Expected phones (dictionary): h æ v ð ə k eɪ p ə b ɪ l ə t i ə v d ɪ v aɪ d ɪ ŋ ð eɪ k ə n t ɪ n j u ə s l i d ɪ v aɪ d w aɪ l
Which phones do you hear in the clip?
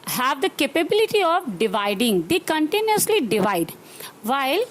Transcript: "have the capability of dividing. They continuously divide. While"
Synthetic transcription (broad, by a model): h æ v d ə k eɪ p ə b ɪ l ə t i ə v d ɪ v aɪ d ɪ ŋ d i k ə n t ɪ n j u ə s l i d ɪ v aɪ d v aɪ l